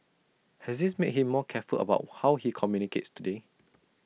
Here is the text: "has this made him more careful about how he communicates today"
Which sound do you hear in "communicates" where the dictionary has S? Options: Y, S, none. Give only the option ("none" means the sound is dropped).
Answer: S